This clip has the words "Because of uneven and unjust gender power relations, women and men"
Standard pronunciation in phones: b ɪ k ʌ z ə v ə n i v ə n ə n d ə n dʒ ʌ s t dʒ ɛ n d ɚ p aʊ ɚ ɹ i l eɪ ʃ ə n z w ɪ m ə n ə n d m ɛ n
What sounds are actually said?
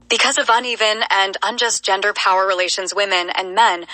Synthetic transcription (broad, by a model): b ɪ k ʌ z ə v ə n i v ə n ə n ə n dʒ ʌ s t dʒ ɛ n d ɚ p aʊ ɚ ɹ i l eɪ ʃ ə n z w ɪ m ə n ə n m ɛ n